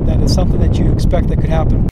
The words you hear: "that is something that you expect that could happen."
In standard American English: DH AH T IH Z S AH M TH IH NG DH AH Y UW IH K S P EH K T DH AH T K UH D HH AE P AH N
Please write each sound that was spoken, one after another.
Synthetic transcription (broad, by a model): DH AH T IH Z S AH M TH IH NG DH AH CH IH K S P EH K T DH AH T K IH D HH AE P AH N